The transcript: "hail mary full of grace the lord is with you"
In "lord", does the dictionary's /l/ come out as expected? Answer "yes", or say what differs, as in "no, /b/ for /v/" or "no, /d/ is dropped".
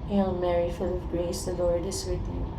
yes